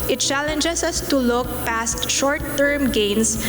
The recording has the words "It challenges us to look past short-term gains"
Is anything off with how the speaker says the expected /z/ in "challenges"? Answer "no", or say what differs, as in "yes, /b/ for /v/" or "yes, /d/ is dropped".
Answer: yes, /s/ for /z/